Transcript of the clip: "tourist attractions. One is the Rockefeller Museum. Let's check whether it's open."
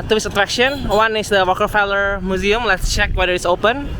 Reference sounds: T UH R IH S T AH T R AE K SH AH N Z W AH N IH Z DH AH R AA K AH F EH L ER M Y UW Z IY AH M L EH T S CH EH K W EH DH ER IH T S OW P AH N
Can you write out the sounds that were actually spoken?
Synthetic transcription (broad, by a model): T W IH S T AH T R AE K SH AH N W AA N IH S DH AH W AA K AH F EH L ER M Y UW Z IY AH M L EH T S CH EH K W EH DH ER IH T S OW P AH N